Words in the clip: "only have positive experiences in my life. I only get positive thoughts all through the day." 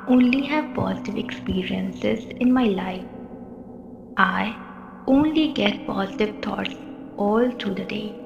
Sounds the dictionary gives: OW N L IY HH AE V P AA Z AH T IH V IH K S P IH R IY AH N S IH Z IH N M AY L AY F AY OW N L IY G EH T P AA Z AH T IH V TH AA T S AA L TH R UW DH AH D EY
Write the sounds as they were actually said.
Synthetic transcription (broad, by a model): OW N L IY HH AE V P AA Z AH T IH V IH K S P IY R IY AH N S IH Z IH N M AY L AY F AY OW N L IY G EH T P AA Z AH T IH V T AA T S AA L T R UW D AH D EY